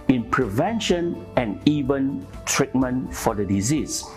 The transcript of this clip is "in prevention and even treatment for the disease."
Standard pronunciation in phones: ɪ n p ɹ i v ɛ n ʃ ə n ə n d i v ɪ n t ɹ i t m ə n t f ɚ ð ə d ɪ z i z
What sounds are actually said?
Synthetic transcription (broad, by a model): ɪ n p ɹ i v ɛ n ʃ ə n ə n i v ɪ n t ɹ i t m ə n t f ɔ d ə d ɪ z i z